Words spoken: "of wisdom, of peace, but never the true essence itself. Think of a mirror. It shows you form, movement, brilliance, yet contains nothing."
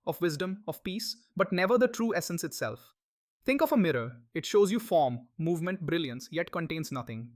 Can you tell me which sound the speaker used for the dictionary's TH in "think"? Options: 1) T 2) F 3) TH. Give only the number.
1